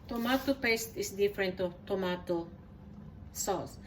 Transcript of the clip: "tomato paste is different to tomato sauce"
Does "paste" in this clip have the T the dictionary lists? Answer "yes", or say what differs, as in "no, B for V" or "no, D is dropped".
yes